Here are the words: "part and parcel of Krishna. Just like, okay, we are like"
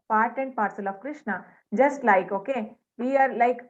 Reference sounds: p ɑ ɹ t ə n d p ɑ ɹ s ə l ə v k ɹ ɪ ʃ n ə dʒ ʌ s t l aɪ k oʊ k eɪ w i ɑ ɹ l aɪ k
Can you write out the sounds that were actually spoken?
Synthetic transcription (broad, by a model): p ɑ ɹ t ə n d p ɑ ɹ s ə l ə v k ɹ ɪ ʃ n ə dʒ ʌ s t l aɪ k oʊ k eɪ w i ɑ ɹ l aɪ k